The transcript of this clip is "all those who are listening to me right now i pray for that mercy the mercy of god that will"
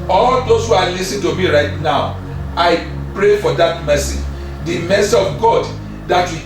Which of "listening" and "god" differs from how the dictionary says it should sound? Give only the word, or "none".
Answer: listening